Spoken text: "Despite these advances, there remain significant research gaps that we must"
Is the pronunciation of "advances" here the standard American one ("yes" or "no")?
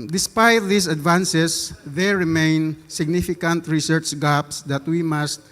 no